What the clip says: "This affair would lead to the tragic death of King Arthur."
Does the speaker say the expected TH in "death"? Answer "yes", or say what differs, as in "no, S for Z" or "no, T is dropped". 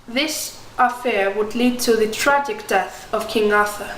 yes